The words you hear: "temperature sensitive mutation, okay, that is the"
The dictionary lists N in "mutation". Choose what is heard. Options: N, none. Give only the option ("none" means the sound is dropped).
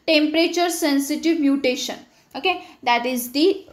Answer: N